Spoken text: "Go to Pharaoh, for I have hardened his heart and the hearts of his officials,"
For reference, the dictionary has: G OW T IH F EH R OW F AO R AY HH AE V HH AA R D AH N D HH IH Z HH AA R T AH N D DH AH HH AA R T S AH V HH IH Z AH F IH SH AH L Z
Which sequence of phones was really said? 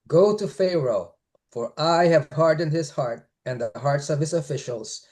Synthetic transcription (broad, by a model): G OW T IH F EH R OW F AO R AY HH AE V HH AA R D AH N D HH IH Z HH AA R T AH N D DH AH HH AA R T S AH V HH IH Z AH F IH SH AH L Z